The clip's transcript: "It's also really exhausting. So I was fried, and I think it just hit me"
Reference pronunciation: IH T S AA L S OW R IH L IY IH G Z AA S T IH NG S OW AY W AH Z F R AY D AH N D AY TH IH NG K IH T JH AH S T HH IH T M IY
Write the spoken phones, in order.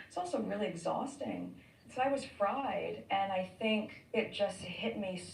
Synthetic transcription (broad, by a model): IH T S AA L S OW R IH L IY IH G Z AA S T IH NG S OW AY W AH Z F R AY D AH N AY TH IH NG K IH T JH AH S T HH IH T M IY